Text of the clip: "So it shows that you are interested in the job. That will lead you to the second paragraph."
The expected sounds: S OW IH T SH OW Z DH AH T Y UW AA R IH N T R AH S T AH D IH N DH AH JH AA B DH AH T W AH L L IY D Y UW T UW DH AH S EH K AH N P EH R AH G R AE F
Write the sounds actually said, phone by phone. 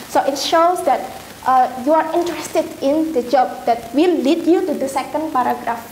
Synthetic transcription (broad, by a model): S OW IH T SH OW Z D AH T Y UW AA R IH N T R AH S T AH D IH N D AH JH AA B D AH T W AH L L IY D Y UW T UW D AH S EH K AH N P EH R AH G R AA F